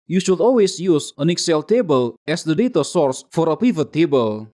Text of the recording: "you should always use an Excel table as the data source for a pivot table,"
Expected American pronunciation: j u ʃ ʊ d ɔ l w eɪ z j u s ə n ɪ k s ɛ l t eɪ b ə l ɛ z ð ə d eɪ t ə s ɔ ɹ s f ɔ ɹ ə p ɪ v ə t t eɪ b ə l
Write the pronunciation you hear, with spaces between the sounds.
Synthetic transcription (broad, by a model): j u ʃ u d ɔ l w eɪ s j u s ə n ɪ k s ɛ l t eɪ b ə l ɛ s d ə d eɪ t ə s ɔ ɹ s f ɔ ɹ ə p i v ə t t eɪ b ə l